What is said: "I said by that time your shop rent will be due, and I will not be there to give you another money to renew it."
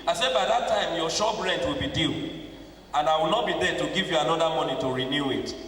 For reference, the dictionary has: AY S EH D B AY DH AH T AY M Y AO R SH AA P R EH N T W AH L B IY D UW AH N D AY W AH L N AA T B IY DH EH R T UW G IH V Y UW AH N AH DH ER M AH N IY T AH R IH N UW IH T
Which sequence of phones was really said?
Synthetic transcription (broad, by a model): AY S EH D B AY DH AH T AY M Y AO SH AA B R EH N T W AH L B IY D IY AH N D AY W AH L N AA T B IY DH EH T UW G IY V Y UW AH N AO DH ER M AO N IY T AH R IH N UW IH T